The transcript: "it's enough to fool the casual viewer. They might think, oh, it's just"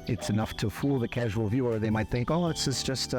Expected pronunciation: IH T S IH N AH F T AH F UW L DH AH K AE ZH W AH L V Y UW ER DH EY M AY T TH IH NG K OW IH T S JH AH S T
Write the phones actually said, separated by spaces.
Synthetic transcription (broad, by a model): IH T S IH N AH F T AH F UW L DH AH K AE ZH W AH L V Y UW ER DH EY M AY T TH IH NG K OW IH T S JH AH S T